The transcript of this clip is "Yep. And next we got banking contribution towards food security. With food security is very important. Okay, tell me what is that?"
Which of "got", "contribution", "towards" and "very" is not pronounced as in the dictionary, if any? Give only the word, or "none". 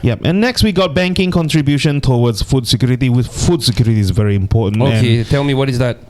towards